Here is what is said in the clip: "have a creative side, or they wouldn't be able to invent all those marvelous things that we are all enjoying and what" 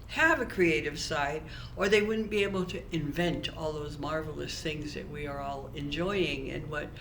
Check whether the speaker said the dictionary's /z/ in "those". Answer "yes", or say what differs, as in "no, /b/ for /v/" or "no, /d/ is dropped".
yes